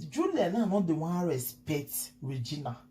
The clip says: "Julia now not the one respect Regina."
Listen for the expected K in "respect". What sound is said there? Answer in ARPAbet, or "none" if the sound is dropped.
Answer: none